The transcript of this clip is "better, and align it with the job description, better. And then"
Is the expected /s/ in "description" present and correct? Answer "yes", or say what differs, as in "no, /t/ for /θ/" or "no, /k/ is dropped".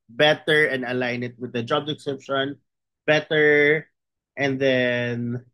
no, /s/ is dropped